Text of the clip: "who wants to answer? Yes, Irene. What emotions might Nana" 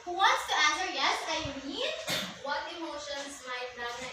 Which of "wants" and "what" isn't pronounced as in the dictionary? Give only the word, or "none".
wants